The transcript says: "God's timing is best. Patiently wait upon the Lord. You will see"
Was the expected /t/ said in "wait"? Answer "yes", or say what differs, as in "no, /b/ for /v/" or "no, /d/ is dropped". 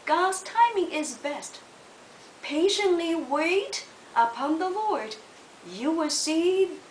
yes